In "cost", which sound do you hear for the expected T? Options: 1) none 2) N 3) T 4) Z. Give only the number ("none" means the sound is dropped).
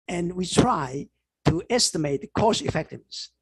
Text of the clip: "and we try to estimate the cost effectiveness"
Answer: 1